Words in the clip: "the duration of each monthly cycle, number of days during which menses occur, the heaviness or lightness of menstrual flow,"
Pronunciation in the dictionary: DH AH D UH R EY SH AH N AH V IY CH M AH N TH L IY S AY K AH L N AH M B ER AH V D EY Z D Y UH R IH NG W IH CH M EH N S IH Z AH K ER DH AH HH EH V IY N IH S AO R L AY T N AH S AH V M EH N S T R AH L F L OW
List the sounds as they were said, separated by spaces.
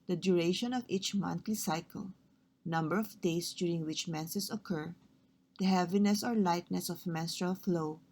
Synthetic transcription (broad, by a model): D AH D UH R EY SH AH N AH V IY CH M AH N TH L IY S AY K AH L N AH M B ER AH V D EY S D Y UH R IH NG W IH CH M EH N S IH S AH K ER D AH HH EH V IY N IH S AO R L AY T N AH S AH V M EH N S T R AH L F L OW